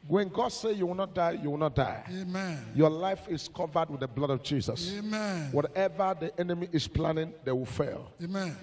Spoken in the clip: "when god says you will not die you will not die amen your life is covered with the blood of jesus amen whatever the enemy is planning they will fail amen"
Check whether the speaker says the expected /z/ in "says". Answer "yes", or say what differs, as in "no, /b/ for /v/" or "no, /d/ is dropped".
no, /z/ is dropped